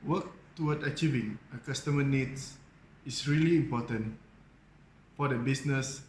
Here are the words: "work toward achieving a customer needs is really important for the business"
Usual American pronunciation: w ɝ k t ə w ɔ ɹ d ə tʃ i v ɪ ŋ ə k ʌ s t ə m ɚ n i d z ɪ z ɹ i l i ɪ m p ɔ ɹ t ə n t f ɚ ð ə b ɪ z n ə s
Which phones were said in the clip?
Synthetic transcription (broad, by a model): w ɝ k t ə w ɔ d ə tʃ i v ɪ ŋ ə k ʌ s t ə m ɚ n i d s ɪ s ɹ i l i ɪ m p ɔ t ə n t f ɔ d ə b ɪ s n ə s